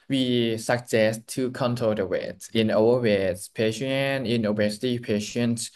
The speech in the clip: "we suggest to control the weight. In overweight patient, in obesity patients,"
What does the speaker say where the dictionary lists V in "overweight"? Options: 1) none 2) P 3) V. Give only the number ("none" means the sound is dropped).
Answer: 1